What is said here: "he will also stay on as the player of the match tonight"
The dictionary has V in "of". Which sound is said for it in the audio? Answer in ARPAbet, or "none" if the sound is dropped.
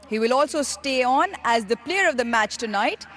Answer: V